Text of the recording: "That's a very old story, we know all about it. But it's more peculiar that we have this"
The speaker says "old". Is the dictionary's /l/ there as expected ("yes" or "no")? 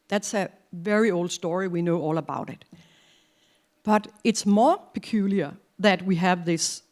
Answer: yes